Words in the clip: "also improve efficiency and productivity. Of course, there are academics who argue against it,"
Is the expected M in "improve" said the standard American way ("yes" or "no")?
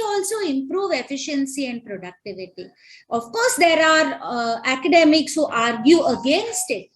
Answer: yes